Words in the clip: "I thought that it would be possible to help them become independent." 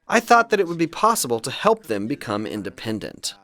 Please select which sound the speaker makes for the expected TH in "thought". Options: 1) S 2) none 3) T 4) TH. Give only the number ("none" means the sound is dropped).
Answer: 4